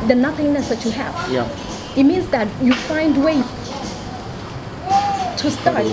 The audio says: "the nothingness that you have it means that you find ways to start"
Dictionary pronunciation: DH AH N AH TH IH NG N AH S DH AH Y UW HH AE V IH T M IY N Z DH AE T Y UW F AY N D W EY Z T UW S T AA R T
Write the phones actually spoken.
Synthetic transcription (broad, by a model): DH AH N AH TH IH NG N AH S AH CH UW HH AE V IH T M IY N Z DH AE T Y UW F AY N D W EY T UW S T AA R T